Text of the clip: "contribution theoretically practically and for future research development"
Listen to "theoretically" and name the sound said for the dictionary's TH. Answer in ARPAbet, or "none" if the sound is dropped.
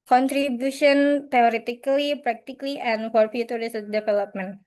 T